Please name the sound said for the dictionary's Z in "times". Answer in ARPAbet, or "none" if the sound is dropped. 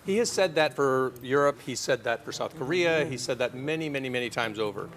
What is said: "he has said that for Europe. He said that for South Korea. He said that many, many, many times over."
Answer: Z